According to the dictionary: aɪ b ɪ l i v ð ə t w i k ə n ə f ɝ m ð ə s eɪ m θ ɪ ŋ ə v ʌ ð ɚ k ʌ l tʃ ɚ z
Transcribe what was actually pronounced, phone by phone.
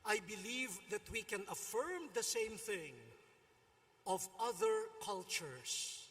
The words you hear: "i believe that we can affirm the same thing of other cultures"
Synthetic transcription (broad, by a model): aɪ b ɪ l i v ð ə t w i k ə n ə f ɝ m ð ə s eɪ m θ ɪ ŋ ə v ʌ ð ɚ k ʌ l tʃ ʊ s